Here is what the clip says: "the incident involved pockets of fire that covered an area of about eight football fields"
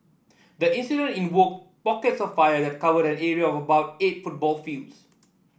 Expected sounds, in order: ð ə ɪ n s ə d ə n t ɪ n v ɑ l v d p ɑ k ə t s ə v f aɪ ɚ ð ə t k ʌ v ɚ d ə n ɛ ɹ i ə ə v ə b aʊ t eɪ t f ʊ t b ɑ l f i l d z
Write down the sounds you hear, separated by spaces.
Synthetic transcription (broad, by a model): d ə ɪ n s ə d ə n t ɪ n w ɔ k p ɑ k ə t s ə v f aɪ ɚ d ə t k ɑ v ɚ d ə n ɛ ɹ i ə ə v ə b aʊ t eɪ t f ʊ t b ɑ l f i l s